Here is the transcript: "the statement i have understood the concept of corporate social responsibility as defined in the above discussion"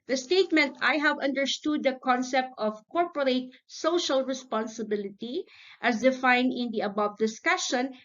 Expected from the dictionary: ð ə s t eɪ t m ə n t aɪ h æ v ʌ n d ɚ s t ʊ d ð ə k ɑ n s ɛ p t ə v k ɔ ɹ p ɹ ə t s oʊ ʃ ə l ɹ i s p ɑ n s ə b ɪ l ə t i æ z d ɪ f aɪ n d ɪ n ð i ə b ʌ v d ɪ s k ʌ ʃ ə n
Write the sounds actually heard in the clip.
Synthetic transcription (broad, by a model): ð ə s t eɪ t m ə n t aɪ h æ v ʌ n d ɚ s t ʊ d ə k ɑ n s ɛ p t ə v k ɔ ɹ p ɹ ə t s oʊ ʃ ə l ɹ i s p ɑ n s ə b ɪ l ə t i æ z d ɪ f aɪ n d ɪ n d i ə b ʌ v d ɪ s k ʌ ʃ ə n